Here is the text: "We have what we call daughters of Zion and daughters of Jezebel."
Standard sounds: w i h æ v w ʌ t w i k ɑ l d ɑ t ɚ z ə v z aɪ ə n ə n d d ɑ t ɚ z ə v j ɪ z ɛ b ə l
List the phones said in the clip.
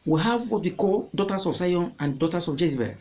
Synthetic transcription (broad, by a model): w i h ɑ v w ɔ t w i k ɑ l d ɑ t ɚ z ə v s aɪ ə n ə n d d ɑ t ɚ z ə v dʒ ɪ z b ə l